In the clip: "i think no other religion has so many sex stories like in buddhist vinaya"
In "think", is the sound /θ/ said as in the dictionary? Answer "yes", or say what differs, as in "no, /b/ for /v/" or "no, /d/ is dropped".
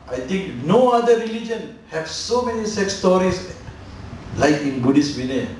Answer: no, /t/ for /θ/